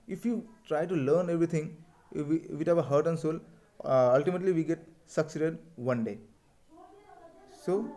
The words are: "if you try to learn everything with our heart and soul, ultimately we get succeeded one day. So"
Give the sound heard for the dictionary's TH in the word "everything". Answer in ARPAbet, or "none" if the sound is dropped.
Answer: T